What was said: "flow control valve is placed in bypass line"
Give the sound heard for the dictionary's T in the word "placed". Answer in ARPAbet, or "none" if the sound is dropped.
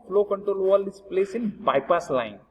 none